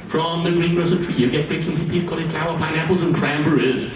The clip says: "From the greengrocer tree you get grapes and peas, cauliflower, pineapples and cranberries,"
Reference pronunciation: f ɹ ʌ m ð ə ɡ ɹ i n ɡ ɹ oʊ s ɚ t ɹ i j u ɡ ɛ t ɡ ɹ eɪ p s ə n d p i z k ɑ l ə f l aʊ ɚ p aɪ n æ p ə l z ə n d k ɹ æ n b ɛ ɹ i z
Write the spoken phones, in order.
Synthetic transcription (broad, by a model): f ɹ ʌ m ð ə ɡ ɹ i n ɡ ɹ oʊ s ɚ t ɹ i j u ɡ ɛ t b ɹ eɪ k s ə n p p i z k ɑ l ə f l aʊ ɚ p aɪ n æ p ə l z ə n k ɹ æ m b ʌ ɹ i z